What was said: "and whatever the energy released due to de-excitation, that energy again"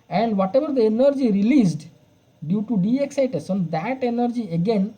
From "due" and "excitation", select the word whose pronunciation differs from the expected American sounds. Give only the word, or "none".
excitation